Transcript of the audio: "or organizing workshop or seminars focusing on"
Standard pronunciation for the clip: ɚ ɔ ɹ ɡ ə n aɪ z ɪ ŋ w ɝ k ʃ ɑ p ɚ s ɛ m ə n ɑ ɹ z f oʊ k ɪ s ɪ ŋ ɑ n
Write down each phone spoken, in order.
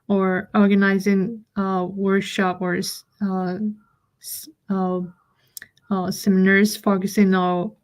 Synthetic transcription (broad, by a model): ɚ ɔ ɹ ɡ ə n aɪ z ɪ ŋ w ɝ k ʃ ɑ p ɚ s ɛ m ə n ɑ ɹ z f oʊ k ɪ s ɪ ŋ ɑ